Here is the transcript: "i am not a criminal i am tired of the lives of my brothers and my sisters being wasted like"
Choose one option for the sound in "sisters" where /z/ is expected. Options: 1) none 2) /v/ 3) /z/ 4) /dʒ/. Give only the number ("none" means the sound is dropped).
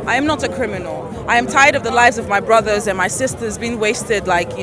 3